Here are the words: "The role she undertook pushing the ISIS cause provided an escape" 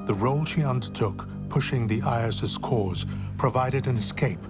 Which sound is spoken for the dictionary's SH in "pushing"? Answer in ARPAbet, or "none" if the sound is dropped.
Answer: SH